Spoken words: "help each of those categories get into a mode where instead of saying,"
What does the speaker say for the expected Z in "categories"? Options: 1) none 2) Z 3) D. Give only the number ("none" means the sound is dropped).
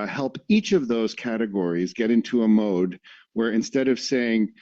2